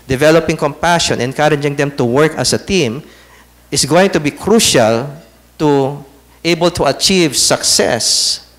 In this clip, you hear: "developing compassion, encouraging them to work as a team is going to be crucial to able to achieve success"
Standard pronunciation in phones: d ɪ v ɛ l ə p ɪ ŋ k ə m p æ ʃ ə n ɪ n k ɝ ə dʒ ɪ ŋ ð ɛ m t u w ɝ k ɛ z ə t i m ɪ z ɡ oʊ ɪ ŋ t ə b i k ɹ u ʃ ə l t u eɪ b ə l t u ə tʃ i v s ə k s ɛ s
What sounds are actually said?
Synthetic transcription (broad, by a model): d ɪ v ɛ l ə p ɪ ŋ k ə m p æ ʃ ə n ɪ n k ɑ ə dʒ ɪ ŋ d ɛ m t u w ɝ k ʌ s ə t i m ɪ s ɡ oʊ ɪ ŋ t ə b i k ɹ u ʃ ə l t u eɪ b ə l t u ə tʃ i v s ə k s ɛ s